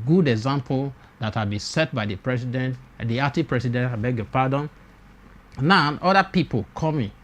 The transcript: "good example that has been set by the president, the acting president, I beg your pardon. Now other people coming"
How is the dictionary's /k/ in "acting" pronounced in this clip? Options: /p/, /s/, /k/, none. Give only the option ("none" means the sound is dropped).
none